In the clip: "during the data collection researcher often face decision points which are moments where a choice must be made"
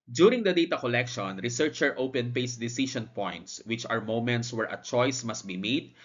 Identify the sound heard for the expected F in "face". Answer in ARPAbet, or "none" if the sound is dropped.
P